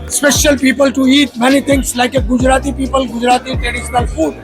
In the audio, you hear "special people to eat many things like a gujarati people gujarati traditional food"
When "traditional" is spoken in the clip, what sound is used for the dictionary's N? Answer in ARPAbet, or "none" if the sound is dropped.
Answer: N